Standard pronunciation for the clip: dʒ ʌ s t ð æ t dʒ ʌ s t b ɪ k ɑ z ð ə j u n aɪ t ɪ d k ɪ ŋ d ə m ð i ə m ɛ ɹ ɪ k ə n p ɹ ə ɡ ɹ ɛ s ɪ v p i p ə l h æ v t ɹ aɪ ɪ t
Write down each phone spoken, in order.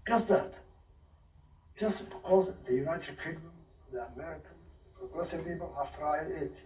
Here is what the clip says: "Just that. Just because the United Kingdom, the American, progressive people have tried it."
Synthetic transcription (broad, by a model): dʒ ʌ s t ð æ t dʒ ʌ s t b ɪ k ɑ z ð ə j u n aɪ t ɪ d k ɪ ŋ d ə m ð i ə m ɛ ɹ ɪ k ə n p ɹ ə ɡ ɹ ɛ s ɪ v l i b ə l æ f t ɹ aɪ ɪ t